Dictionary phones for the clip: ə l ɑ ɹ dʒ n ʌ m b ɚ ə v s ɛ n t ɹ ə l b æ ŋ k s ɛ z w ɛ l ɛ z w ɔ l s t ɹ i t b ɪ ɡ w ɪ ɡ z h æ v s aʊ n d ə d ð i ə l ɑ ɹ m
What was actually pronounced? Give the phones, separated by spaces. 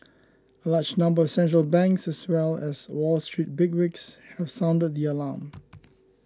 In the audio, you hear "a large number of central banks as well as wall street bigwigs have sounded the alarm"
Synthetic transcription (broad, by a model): ə l ɑ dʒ n ʌ m b ɚ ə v s ɛ n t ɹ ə l b æ ŋ k s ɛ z w ɛ l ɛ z w ɔ l s t ɹ i t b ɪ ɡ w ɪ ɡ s h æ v s aʊ n d ə d ð i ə l ɑ m